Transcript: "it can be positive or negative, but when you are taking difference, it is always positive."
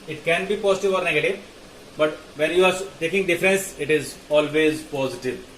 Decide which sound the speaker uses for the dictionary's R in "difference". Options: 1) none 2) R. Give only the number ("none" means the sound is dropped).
2